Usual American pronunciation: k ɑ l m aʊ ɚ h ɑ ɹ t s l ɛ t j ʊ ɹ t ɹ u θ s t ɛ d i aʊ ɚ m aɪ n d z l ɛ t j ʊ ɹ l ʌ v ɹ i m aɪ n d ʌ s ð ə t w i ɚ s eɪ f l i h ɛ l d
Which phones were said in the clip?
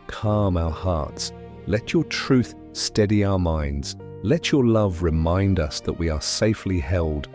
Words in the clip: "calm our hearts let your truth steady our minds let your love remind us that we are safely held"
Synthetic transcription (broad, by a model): k ɑ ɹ m aʊ ɚ h ɑ ɹ t s l ɛ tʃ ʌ ɹ t ɹ u θ s t ɛ d i aʊ ɚ m aɪ n d z l ɛ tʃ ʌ ɹ l ʌ v ɹ i m aɪ n d ʌ s ð ə t w i ɚ s eɪ f l i h ɛ l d